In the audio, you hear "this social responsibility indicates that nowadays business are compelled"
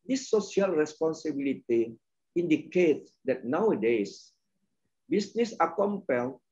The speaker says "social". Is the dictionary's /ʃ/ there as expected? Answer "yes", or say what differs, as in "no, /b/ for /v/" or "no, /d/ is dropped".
no, /ʃ/ is dropped